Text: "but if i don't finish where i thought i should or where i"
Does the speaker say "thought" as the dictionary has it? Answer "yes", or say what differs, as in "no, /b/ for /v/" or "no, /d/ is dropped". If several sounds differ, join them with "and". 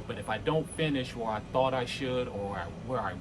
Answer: yes